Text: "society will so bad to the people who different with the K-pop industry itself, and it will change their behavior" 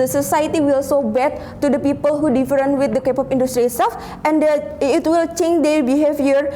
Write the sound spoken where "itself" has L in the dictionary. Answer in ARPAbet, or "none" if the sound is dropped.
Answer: none